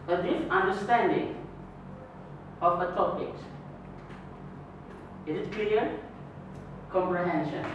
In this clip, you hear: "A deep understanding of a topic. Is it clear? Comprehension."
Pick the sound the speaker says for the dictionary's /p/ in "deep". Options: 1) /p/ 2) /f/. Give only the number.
2